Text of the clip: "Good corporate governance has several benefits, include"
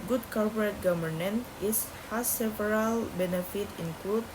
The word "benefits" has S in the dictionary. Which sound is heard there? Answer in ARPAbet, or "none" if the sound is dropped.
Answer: none